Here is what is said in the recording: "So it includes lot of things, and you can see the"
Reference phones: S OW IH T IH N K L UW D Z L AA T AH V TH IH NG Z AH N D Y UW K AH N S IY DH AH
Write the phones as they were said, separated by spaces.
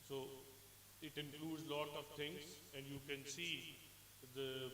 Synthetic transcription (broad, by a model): S OW IH T IH N K L UW D Z L AA T AH V T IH NG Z AH N D Y UW K AH N S IY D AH